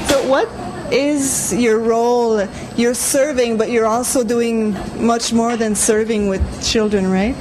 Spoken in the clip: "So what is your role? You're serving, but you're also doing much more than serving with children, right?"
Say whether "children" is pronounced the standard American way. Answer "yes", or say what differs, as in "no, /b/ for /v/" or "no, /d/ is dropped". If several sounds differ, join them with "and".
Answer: yes